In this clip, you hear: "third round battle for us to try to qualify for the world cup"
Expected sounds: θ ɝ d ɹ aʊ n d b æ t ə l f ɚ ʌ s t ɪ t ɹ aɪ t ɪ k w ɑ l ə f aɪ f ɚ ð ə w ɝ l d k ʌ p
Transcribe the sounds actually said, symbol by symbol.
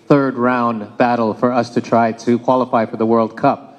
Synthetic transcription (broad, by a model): θ ɝ d ɹ aʊ n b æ t l f ɚ ʌ s t ɪ t ɹ aɪ t ɪ k w ɑ l ə f aɪ f ɚ ð ə w ɝ l d k ʌ p